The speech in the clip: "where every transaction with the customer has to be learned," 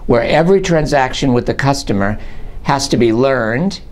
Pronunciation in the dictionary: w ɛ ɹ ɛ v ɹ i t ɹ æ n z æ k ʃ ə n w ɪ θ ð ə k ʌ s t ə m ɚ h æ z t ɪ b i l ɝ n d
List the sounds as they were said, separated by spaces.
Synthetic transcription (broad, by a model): w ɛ ɹ ɛ v ɹ i t ɹ æ n z æ k ʃ ə n w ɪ ð ə k ʌ s t ə m ɚ h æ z t ɪ b i l ɝ n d